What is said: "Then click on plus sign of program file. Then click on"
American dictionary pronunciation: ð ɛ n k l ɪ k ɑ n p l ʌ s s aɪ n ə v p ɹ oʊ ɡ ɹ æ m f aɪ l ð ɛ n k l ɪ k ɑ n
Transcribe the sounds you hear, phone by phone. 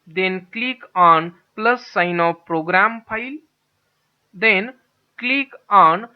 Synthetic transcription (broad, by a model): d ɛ n k l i k ɑ n p l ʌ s s aɪ n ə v p ɹ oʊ ɡ ɹ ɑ m p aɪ l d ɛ n k l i k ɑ n